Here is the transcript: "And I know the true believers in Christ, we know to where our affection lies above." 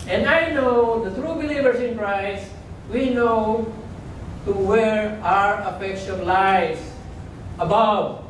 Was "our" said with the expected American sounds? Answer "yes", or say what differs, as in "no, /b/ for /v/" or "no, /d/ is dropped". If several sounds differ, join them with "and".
yes